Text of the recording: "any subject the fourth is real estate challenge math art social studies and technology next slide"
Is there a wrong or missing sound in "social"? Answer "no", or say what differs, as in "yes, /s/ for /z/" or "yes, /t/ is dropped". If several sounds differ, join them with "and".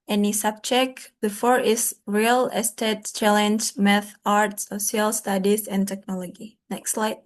yes, /s/ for /ʃ/